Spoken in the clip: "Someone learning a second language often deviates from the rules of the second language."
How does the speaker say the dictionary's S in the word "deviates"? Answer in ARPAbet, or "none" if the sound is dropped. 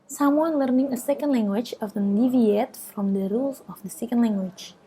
none